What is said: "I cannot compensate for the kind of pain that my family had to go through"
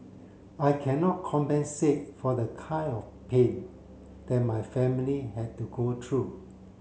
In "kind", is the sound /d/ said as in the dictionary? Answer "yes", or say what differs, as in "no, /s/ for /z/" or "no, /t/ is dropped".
no, /d/ is dropped